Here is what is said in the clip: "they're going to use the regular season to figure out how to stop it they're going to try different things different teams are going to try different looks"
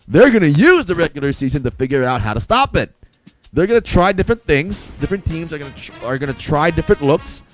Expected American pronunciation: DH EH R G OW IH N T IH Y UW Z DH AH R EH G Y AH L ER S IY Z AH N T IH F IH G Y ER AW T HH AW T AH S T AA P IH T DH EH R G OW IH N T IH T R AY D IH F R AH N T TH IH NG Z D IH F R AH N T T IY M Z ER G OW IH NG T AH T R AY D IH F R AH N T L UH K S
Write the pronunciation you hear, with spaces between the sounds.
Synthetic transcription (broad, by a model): DH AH R G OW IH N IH Y UW Z DH AH R EH G Y L ER S IY Z AH N T IH F IH G Y ER AW T HH AW T AH S T AA P IH T DH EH R G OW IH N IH T R AY D IH F R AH N TH IH NG Z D IH F R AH N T T IY M Z ER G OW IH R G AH T R AY D IH F R AH N T L UH K S